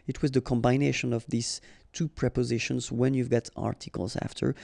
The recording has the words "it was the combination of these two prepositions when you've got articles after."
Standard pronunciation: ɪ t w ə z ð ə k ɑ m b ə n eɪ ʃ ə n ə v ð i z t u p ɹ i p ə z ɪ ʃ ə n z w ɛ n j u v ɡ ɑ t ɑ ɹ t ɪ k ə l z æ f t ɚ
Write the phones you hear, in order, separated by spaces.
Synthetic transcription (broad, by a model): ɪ t w ə z ð ə k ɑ m b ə n eɪ ʃ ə n ə v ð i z t u p ɹ i p ə z ɪ ʃ ə n z w ɛ n j u v ɡ ɑ t ɑ ɹ t ɪ k ə l z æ f t ɚ